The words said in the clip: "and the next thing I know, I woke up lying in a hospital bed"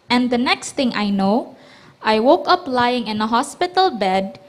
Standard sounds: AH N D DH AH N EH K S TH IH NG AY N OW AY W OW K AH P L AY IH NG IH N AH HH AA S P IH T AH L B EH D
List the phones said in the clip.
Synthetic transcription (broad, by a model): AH N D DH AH N EH K S T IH NG AY N OW AY W OW K AH P L AY IH NG IH N AH HH AA S P IH T AH L B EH D